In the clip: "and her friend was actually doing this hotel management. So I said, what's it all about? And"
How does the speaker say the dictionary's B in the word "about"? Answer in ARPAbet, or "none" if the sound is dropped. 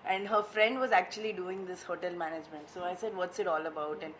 B